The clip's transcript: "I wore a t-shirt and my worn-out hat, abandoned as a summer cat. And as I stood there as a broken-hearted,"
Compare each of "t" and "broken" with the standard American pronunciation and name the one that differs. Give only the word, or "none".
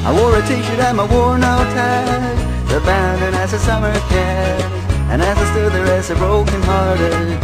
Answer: none